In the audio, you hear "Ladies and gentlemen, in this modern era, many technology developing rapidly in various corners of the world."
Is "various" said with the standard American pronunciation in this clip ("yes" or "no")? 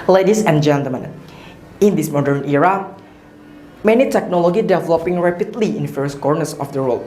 no